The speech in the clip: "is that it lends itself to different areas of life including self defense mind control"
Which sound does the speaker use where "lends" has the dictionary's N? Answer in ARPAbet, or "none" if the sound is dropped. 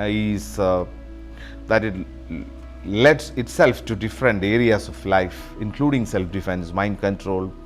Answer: none